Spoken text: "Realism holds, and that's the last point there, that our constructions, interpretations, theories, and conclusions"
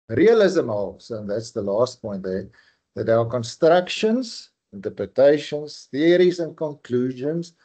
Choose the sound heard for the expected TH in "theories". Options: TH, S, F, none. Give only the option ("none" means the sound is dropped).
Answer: TH